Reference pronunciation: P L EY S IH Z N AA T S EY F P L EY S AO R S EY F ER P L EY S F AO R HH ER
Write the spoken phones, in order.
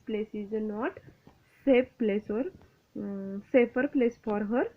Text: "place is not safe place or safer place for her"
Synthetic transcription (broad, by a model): P L EY S IH Z N AA T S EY P P L EY S AO R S EY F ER P L EY S F AO R HH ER